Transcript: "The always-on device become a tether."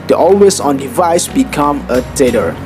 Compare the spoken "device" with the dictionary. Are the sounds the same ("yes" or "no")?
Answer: yes